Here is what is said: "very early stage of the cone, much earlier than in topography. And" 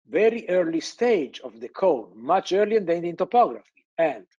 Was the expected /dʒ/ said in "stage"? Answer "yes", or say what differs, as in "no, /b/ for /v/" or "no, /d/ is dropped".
yes